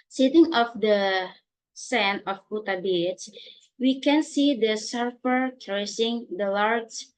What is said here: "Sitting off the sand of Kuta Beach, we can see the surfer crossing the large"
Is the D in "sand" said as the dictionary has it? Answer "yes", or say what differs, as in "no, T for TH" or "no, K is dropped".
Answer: no, D is dropped